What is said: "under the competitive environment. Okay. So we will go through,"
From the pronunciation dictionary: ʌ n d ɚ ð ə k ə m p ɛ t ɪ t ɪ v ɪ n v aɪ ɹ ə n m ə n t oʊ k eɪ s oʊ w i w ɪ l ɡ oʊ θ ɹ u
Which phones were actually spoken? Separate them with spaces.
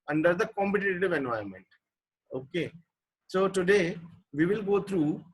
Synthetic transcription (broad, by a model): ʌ n d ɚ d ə k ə m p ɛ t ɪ t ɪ v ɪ n v aɪ ə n m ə n t oʊ k eɪ s oʊ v i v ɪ l ɡ oʊ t ɹ u